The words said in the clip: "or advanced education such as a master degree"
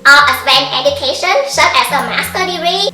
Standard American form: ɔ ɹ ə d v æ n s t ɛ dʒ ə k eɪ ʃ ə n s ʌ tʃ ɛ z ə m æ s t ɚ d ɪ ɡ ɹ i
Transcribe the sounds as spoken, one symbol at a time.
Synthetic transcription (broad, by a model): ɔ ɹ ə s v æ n t ɛ dʒ ə k eɪ ʃ ə n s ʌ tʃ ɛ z ə m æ s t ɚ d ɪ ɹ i